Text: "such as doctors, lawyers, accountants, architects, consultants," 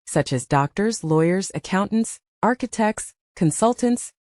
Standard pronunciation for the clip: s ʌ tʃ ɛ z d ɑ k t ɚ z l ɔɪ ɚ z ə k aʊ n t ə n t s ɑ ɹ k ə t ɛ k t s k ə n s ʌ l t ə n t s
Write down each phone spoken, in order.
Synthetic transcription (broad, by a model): s ʌ tʃ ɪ z d ɑ k t ɚ z l ɔɪ ɚ z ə k aʊ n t n t s ɑ ɹ k ə t ɛ k t s k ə n s ʌ l t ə n t s